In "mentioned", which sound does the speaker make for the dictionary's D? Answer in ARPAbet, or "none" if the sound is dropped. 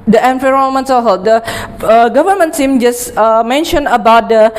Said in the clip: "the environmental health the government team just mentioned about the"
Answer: none